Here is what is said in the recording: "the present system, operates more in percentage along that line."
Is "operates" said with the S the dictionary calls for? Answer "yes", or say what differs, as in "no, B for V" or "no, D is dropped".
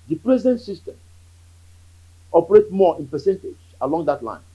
no, S is dropped